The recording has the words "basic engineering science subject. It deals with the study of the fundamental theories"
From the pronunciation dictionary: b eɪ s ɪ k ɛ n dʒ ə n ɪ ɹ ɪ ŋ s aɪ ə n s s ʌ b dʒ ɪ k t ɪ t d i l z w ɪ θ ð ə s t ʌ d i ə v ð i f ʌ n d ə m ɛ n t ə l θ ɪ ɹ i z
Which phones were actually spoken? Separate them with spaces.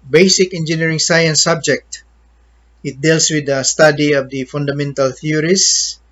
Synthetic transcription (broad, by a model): b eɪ s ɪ k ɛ n dʒ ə n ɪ ɹ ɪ ŋ s aɪ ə n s s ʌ b dʒ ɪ k t ɪ t d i l s w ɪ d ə s t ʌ d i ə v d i f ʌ n d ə m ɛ n t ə l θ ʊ ɹ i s